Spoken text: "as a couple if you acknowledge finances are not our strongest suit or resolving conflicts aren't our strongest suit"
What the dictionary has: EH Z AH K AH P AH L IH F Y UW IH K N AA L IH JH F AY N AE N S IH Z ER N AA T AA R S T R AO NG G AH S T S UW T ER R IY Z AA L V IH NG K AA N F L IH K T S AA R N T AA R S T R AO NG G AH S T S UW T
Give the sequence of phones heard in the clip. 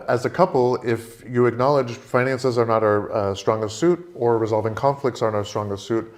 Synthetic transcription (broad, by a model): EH Z AH K AH P L IH F Y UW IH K N AA L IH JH F AY N AE N S IH Z ER N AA T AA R S T R AO NG G AH S T S UW T ER R IY Z AA L V IH NG K AA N F L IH K T S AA R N AA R S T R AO NG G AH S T S UW T